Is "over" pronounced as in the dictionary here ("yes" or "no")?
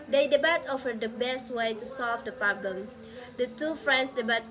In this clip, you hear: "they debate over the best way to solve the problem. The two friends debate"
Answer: no